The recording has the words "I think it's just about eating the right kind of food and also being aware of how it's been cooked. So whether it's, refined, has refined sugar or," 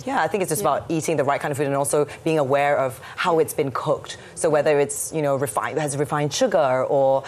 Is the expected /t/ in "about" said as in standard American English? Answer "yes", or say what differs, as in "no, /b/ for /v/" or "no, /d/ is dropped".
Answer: yes